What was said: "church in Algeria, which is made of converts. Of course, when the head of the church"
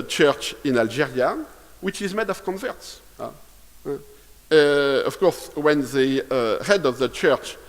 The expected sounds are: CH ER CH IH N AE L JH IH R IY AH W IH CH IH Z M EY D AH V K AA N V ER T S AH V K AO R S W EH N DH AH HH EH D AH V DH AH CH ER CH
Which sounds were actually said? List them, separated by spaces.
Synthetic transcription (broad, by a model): CH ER CH IH N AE L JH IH R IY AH W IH CH IH Z M EY D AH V K AA N V ER T S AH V K AO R S W EH N DH AH HH EH D AH V DH AH CH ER CH